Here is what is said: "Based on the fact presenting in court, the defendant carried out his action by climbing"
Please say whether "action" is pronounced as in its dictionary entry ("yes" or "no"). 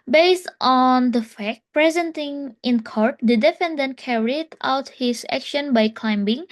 yes